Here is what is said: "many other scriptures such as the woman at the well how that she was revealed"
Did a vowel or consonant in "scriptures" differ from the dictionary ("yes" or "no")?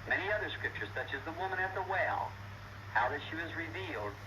no